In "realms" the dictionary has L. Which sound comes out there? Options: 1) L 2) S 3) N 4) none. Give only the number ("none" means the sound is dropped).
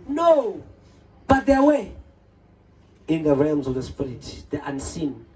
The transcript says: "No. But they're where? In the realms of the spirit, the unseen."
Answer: 1